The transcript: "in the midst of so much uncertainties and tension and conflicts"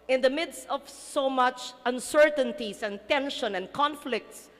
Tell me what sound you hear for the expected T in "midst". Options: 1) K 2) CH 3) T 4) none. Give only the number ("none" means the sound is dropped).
3